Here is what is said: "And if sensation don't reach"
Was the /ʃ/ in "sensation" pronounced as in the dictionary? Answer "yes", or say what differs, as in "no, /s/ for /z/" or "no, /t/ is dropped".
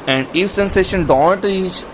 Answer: yes